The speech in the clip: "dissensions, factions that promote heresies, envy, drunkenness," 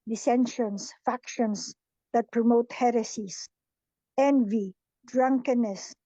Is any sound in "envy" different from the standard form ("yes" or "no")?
no